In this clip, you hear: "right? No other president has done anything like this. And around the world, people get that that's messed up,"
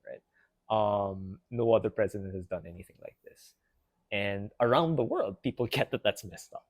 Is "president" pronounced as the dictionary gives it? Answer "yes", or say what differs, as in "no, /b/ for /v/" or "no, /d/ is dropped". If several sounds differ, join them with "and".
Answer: yes